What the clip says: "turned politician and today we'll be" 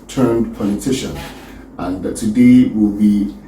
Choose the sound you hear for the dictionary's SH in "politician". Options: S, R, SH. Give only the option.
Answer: SH